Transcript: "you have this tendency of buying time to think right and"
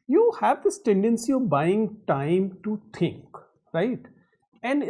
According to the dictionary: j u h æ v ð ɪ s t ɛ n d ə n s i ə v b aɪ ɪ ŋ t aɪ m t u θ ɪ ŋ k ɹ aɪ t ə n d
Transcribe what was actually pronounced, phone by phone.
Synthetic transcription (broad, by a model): j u h æ v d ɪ s t ɛ n d ə n s i ə v b aɪ ɪ ŋ t aɪ m t u t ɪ ŋ k ɹ aɪ t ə n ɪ